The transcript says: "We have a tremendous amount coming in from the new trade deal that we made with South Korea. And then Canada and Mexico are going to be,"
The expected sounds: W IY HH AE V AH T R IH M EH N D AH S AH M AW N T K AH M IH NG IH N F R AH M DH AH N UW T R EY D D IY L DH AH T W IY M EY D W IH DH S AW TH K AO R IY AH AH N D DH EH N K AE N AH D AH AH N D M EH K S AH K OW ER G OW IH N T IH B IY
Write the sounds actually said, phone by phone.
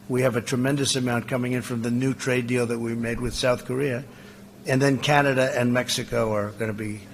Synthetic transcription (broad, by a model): W IY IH V AH T R IH M EH N D AH S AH M AW N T K AH M IH NG IH N F R AH M DH AH N UW T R EY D D IY L DH AH T W IY M EY D W IH DH S AW TH K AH R IY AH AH N DH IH N K AE N AH D AH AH N M EH K S AH K OW ER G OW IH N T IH B IY